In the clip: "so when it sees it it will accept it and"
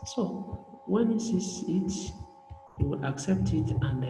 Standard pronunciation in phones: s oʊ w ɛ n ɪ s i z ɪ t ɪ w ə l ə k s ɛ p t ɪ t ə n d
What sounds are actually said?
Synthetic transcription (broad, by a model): s oʊ w ɛ n ɪ s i s ɪ t ɪ w ə l ə k s ɛ p t ɪ t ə n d